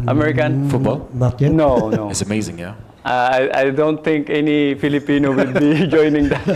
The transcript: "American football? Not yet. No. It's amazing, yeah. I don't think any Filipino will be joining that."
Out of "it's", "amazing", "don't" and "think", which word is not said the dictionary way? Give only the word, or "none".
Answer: think